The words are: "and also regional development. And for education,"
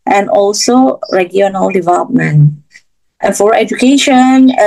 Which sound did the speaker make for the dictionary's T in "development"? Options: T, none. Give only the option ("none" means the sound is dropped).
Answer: T